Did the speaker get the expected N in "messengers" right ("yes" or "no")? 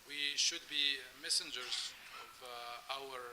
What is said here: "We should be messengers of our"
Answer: yes